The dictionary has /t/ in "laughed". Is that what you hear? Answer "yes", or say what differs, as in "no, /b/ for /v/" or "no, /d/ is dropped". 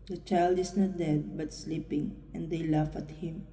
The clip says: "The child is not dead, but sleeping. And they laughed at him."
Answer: no, /t/ is dropped